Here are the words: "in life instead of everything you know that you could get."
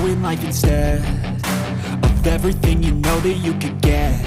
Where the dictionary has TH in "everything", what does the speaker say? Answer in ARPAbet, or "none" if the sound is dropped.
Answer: TH